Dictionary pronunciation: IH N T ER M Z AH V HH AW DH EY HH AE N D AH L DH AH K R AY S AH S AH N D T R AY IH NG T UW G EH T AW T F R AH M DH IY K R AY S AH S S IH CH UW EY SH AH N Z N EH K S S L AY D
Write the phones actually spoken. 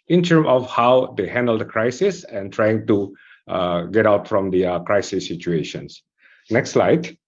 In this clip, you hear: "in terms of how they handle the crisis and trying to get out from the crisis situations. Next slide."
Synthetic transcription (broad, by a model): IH N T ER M AH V HH AW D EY HH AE N D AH L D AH K R AY S AH S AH N T R AY IH NG T UW G EH T AW T F R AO M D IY K R AY S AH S S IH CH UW EY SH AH N S N EH K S S L AY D